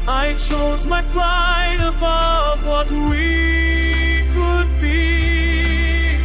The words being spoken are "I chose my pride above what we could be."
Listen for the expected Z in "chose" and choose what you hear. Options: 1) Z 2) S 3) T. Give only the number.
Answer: 1